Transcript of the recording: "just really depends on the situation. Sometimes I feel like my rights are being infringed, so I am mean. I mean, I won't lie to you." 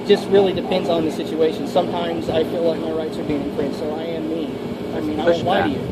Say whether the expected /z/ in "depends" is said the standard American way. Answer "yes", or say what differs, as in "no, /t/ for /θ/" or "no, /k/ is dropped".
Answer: yes